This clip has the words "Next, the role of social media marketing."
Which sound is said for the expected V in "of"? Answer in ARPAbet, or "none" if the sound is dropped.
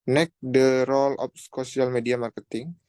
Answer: P